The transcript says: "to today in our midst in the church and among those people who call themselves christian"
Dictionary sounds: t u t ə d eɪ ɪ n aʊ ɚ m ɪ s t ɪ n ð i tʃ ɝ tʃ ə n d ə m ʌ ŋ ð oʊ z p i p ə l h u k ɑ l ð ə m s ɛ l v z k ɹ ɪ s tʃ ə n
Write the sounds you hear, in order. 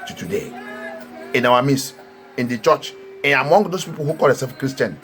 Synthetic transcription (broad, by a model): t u t ə d eɪ ɪ n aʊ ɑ m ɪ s ɪ n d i tʃ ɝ tʃ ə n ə m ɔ ŋ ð oʊ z p i p ə l h u k ɑ l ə s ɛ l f k ɹ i s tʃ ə n